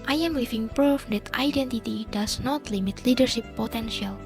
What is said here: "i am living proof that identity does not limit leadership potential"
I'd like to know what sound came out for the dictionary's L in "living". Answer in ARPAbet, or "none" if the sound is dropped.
W